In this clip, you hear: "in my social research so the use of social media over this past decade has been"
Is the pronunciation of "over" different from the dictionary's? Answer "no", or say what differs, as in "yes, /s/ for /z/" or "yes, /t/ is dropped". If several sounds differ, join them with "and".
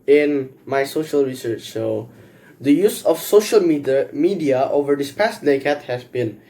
no